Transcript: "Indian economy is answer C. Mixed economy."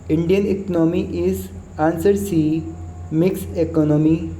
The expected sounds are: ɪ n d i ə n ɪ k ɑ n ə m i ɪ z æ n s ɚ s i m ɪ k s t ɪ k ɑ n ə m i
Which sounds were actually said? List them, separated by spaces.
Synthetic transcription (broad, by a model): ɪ n d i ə n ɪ k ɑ n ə m i ɪ z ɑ n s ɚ s i m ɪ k s ɪ k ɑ n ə m i